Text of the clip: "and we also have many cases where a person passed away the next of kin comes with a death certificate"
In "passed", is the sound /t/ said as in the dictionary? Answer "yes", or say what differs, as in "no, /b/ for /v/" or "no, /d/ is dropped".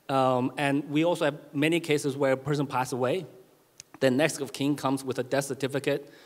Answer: no, /t/ is dropped